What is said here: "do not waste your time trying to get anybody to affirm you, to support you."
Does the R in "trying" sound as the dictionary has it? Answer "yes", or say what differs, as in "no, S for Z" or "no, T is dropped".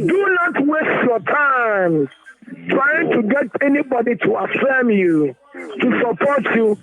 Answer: yes